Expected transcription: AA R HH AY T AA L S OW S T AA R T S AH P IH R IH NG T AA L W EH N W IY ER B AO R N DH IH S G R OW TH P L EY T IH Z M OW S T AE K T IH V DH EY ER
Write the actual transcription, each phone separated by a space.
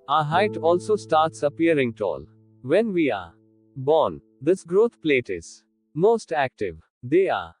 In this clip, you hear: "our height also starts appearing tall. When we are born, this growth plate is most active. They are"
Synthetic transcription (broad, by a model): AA HH AY T AA L S OW S T AA R T S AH P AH R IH NG T AA L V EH N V IY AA B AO N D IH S G R OW T P L EY T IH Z M OW S T AE K T IH V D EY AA